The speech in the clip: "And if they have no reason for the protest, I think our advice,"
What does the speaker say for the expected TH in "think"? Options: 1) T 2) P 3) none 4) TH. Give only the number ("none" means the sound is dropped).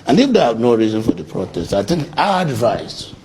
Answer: 1